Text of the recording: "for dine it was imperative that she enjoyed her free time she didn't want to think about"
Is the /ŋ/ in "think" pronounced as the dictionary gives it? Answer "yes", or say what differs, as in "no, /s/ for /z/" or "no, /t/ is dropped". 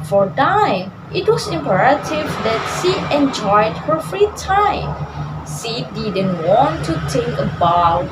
no, /ŋ/ is dropped